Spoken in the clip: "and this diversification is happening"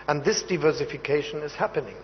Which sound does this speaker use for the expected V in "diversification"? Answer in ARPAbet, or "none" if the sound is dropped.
V